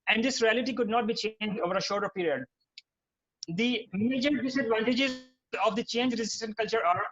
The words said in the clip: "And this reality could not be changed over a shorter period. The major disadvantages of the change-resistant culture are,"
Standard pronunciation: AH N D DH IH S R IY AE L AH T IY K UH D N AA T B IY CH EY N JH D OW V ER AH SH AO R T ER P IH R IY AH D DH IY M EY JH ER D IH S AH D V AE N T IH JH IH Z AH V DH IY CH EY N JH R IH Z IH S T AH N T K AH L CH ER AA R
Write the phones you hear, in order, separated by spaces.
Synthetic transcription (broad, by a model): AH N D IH S R IY AE L AH T IY K UH D N AA T B IY CH EY N JH D OW V ER AH SH AO R T ER P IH R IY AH D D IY M EY JH ER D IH S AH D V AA N T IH JH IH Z AH V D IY CH EY N JH R IH Z IH S T AH N T K AH L CH ER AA R